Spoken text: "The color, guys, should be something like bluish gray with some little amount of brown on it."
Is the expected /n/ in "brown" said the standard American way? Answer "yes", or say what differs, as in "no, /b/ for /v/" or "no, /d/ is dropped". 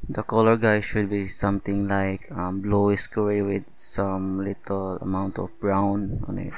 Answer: yes